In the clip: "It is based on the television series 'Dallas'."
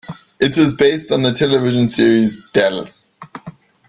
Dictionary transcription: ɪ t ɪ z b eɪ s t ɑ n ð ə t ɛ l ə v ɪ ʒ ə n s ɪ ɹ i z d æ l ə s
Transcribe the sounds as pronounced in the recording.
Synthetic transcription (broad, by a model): ɪ t ɪ z b eɪ s t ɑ n ð ə t ɛ l ə v ɪ ʒ ə n s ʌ ɹ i z d æ l ə s